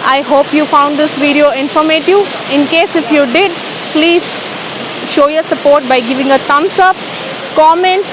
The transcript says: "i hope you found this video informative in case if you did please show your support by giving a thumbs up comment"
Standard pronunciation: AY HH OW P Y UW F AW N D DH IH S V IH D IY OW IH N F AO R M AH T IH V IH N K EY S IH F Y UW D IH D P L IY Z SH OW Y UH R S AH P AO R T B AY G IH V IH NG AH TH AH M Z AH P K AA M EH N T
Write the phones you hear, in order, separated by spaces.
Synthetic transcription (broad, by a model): AY HH OW P Y UW F AW N D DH IH S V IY D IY OW IH N F AO R M AH T IH V IH N K EY S IH F Y UW D IH D P L IY Z SH OW Y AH R S AH P AO R T B AY G IH V IH NG AH T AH M S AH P K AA M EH N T